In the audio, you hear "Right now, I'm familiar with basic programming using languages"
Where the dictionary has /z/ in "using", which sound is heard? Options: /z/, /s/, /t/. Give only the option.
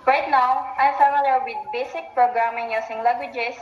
/s/